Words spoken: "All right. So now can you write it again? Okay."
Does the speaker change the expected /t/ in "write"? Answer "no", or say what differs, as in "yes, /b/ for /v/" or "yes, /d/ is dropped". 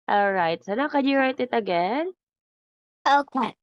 no